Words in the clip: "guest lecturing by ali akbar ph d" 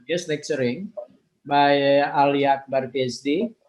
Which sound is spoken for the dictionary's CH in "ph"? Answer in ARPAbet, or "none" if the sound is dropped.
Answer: S